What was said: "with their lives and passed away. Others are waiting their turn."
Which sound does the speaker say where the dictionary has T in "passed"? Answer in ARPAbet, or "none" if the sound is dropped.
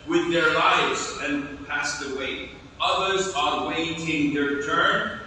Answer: T